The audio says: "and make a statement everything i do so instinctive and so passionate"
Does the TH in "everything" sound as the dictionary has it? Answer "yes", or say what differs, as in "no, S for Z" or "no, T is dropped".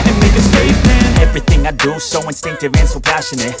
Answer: yes